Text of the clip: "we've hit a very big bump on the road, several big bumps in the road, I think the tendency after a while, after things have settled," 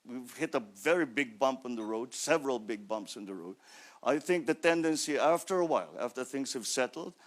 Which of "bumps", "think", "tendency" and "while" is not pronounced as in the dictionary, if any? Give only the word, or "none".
none